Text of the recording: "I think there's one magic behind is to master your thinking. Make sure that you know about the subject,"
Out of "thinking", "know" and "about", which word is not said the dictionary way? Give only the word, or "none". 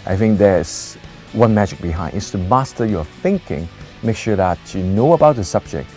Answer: none